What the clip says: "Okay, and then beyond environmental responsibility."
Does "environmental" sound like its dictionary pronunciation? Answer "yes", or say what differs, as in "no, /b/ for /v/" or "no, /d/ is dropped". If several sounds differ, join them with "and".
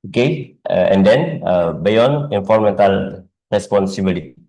no, /f/ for /v/